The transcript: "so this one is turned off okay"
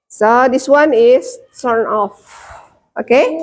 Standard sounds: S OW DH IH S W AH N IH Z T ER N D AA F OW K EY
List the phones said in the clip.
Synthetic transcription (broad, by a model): S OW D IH S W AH N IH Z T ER N AA F OW K EY